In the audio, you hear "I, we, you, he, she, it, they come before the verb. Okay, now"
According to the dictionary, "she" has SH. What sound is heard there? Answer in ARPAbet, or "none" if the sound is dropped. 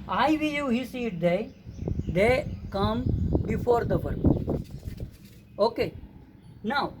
S